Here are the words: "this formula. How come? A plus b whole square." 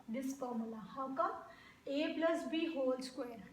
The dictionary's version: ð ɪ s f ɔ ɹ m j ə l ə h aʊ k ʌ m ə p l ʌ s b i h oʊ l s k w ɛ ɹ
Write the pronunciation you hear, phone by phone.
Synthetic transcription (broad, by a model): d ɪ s p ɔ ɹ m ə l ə h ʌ k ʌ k ə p l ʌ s b i h oʊ l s k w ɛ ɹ